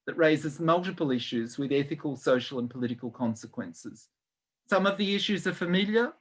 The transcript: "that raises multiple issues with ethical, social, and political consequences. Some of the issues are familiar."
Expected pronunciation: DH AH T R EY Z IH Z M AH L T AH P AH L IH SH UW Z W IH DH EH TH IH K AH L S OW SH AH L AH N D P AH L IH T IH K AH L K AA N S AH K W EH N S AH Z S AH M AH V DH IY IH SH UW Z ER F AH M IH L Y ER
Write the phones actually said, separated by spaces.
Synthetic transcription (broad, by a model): DH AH T R EY Z IH Z M AH L T AH P AH L IH SH UW Z W IH DH EH TH IH K AH L S OW SH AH L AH N P AH L IH T IH K AH L K AA N S AH K W EH N S AH Z S AH M AH V DH IY IH SH UW Z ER F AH M IH L Y ER